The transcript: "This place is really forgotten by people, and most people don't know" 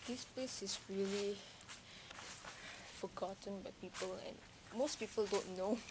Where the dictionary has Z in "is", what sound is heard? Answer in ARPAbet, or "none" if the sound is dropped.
S